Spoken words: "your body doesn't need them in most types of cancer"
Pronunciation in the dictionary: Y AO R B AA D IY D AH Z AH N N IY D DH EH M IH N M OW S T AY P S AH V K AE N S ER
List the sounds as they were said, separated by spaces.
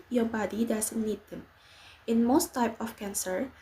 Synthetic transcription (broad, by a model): Y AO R B AA D IY D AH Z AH N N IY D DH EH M IH N M OW S T AY P AH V K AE N S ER